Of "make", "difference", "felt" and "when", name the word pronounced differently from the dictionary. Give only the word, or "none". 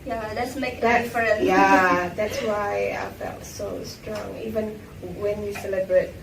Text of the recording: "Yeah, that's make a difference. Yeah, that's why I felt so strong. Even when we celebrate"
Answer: difference